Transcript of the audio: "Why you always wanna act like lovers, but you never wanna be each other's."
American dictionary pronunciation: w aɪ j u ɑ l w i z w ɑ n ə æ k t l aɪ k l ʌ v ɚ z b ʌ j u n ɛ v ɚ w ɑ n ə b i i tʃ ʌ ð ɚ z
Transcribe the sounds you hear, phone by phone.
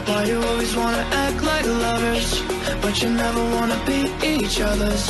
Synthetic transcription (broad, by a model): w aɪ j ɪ ɑ l w i z w ɑ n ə æ k t l aɪ k l ʌ v ɚ z b ʌ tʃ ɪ n ɛ v ɚ w ɑ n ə b i i tʃ ʌ ð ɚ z